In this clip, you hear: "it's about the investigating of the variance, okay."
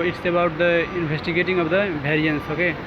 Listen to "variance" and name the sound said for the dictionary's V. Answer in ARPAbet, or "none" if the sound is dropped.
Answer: B